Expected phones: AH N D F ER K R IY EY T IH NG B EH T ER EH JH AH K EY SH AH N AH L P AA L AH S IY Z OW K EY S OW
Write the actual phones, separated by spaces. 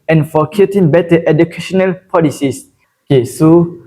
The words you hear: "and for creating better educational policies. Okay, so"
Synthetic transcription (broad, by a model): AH N F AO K IY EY T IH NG B EH T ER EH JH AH K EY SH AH N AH L P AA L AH S IY S OW K EY S OW